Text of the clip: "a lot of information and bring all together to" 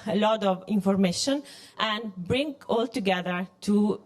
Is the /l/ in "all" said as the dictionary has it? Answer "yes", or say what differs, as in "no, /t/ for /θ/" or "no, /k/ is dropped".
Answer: yes